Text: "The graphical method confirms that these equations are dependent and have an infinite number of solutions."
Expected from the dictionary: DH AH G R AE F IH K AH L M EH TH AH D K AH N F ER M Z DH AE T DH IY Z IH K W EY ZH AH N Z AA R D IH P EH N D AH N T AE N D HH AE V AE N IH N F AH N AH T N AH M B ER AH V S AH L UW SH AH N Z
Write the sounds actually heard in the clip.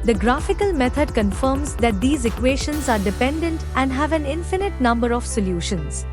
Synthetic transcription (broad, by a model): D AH G R AE F IH K AH L M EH T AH D K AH N F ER M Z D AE T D IY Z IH K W EY SH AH N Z AA R D IH P EH N D AH N T AE N D HH AE V AE N IH N F AH N AH T N AH M B ER AH V S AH L UW SH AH N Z